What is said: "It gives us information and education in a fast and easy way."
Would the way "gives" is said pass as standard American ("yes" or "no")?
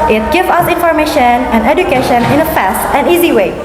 no